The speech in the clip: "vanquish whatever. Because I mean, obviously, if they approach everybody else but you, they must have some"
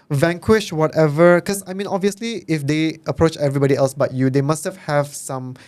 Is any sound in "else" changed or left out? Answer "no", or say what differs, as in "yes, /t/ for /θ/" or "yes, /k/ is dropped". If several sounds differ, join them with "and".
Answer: no